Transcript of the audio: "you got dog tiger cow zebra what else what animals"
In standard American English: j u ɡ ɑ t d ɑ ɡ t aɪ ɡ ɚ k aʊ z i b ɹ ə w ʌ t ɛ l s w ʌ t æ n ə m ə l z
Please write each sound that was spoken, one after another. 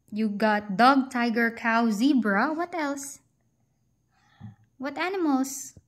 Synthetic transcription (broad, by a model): j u ɡ ɑ t d ɑ ɡ t aɪ ɡ ɚ k aʊ z i b ɹ ə w ʌ t ɛ l s w ʌ t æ n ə m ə l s